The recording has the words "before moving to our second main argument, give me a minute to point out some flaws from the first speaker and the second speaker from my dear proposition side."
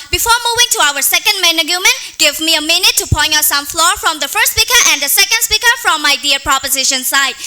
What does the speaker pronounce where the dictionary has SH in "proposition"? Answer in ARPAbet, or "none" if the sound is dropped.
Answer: SH